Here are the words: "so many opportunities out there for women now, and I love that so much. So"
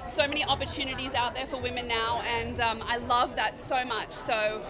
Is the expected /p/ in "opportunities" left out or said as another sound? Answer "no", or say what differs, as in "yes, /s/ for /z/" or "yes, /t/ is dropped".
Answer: no